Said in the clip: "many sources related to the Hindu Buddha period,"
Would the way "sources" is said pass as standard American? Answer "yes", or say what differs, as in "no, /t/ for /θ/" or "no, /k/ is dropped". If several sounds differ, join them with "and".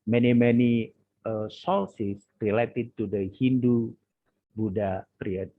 no, /l/ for /ɹ/ and /s/ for /z/